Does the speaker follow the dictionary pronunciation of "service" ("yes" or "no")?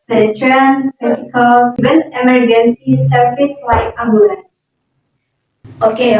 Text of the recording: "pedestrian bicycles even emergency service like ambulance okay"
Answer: no